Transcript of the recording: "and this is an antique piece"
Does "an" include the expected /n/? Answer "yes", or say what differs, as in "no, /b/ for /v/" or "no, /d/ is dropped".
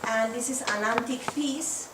no, /l/ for /n/